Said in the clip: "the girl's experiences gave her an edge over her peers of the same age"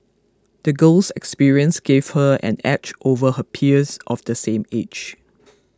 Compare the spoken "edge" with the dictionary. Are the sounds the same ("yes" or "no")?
no